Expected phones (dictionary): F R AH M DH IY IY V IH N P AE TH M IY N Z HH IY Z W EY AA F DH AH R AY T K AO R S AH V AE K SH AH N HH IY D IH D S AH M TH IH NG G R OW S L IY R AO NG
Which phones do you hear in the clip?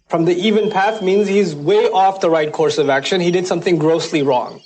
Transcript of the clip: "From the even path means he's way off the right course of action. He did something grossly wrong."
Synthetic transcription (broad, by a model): F R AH M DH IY IY V IH N P AE TH M IY N Z HH IY Z W EY AA F DH AH R AY T K AO R S AH V AE K SH AH N HH IY D IH D S AH M TH IH NG G R OW S L IY R AO NG